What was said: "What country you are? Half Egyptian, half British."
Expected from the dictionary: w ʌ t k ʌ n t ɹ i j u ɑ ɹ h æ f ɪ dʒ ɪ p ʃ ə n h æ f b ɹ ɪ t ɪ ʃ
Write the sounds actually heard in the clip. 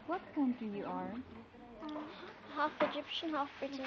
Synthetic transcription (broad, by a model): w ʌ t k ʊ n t i j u ɑ ɹ h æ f ɪ dʒ ɪ p ʃ ə n h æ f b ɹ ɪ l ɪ